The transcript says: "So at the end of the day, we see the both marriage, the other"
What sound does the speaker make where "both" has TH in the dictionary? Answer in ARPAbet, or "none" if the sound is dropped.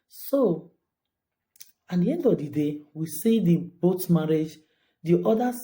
T